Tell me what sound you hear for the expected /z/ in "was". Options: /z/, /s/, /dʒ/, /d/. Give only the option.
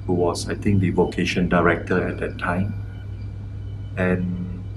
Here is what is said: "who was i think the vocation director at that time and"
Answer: /s/